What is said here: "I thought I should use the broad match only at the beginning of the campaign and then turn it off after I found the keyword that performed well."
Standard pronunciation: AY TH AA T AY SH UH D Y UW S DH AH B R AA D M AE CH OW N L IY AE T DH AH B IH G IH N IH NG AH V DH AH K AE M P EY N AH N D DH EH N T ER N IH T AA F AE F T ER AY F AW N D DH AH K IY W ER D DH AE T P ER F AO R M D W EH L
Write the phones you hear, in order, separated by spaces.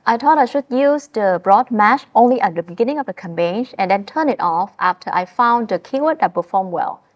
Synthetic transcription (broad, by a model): AY T AA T AY SH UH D Y UW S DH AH B R AA D M AE CH OW N L IY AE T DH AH B IH G IH N IH NG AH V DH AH K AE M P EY N AH N D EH N T ER N IH T AA F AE F T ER AY F AW N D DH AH K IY W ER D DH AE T P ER F AO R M W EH L